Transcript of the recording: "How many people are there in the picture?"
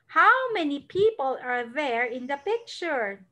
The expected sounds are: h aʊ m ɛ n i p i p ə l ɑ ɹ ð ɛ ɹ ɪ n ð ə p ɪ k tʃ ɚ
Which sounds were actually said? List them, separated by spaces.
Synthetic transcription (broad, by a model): h aʊ m ɛ n i p i p ə l ɑ ɹ ð ɛ ɹ ɪ n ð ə p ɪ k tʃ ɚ